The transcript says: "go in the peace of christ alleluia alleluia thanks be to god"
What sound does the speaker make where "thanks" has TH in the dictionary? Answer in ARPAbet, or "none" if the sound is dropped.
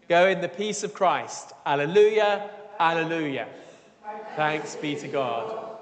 TH